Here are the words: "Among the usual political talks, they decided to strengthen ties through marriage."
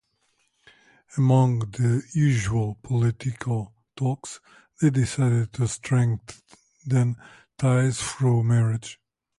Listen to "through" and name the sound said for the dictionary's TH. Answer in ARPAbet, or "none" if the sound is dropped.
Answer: F